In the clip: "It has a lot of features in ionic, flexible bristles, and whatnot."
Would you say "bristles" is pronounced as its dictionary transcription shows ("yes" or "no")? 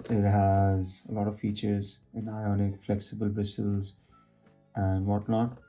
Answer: no